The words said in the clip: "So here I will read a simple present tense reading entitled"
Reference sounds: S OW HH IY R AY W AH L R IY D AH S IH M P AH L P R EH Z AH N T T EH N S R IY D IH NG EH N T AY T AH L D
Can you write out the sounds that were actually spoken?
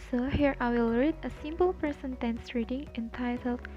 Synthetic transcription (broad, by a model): S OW HH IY R AY W AH L R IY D AH S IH M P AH L P EH S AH N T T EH N S R IY D IH NG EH N T AY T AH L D